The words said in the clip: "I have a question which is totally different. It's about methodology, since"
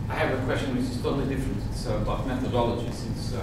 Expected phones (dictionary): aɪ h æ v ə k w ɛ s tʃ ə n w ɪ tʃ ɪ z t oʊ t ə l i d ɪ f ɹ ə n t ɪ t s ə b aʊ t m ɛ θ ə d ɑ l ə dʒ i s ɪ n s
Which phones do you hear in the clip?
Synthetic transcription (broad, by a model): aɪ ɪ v ə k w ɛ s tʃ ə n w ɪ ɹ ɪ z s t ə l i d ɪ f ɹ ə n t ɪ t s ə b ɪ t m ɛ θ ə d ɑ l ə dʒ i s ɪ n s